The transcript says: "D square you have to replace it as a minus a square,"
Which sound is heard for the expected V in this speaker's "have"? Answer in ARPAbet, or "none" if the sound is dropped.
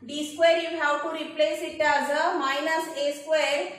W